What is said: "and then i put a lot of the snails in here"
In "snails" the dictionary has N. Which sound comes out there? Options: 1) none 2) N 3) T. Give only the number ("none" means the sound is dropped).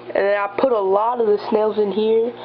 2